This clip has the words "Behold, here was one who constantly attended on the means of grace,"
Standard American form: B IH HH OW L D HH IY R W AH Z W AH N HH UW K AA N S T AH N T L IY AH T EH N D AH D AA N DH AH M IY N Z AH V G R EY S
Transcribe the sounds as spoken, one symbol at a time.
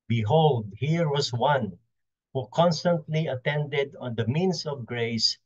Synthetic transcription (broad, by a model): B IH HH OW L D HH IY R W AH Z W AH N HH UW K AA N S T AH N T L IY AH T EH N D AH D AA N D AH M IY N S AH V G R EY S